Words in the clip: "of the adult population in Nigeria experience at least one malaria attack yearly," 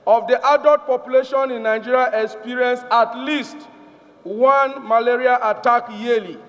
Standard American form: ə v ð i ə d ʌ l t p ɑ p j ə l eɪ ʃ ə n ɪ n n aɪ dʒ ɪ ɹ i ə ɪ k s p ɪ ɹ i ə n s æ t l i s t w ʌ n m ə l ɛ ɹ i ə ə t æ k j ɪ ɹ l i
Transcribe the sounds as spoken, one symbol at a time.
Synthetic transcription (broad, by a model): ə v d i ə d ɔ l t p ɑ p j ə l eɪ ʃ ə n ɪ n n aɪ dʒ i ɹ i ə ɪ k s p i ɹ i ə n s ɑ t l i s t w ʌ n m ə l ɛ ɹ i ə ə t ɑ k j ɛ l i